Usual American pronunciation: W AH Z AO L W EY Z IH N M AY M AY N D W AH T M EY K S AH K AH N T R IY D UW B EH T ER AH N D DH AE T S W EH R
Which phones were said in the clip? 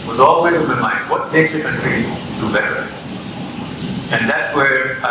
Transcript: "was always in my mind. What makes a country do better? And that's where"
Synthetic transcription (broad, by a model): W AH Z AO L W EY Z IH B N M AY N D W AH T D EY S AH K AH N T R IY D UW B EH T ER AH N D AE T S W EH R